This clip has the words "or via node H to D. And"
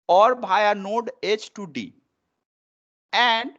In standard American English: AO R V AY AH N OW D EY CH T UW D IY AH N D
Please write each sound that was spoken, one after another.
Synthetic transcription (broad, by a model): AO R B AY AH N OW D EY CH T UW D IY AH N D